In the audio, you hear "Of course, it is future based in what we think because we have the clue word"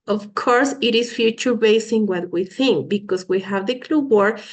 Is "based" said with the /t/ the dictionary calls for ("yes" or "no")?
no